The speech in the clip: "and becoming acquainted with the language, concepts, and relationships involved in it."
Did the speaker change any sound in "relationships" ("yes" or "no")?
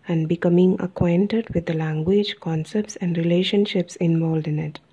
no